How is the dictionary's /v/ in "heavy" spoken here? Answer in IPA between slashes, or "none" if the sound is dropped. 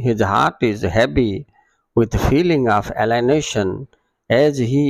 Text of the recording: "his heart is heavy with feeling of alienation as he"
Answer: /b/